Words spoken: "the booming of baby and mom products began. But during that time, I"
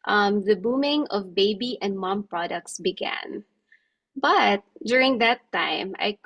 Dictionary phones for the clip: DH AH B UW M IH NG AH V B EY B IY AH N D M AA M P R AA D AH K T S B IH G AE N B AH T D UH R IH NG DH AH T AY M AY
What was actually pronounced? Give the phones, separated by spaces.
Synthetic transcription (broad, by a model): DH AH B UW M IH NG AH V B EY B IY AH N D M AA M P R AA D AH K T S B IH G AE N B AH T D UH R IH NG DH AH T AY M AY